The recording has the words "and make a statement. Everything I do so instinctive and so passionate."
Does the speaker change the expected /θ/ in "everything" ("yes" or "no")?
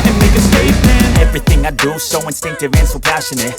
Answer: no